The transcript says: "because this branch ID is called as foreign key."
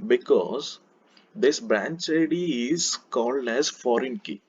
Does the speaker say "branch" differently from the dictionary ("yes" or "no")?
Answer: no